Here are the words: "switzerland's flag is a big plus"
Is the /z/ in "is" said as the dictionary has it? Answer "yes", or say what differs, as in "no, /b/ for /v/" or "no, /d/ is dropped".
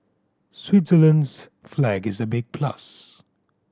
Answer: yes